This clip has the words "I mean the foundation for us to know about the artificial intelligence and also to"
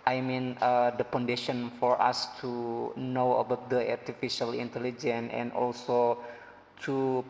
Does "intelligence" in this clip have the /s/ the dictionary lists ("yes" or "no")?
no